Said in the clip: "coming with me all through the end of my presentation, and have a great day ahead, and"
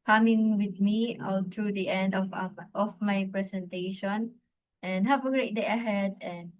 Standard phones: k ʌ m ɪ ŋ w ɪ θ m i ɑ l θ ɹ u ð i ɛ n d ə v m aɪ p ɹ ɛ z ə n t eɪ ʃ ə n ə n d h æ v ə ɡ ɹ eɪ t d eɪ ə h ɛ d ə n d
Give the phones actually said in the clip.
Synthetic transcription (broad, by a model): k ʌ m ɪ ŋ w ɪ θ m i ɑ l t ɹ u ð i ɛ n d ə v m aɪ p ɹ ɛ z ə n t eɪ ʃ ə n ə n h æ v ə ɡ ɹ eɪ t d eɪ ə h ɛ d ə n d